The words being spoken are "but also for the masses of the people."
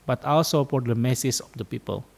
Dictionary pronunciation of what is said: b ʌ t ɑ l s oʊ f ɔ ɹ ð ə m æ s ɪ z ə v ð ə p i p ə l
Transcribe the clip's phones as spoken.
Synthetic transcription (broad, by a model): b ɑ t ɑ l s oʊ p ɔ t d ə m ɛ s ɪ s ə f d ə p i p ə l